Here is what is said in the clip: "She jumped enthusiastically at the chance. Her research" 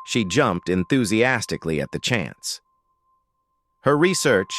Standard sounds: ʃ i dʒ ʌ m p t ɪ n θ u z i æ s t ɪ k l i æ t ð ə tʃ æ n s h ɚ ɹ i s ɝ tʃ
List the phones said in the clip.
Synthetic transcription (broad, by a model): ʃ i dʒ ʌ m p t ɪ n θ u z i æ s t ɪ k l i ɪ t ð ə tʃ æ n s h ɚ ɹ i s ɝ tʃ